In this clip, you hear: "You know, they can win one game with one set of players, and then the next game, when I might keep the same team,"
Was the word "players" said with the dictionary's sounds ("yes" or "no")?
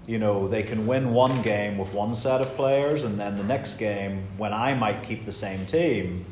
yes